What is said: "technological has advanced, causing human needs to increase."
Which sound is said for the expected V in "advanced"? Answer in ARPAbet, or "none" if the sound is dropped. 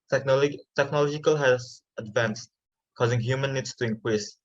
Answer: V